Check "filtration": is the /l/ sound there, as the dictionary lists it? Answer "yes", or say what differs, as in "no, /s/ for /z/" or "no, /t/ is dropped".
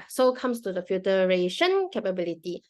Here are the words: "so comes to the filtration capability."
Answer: no, /l/ is dropped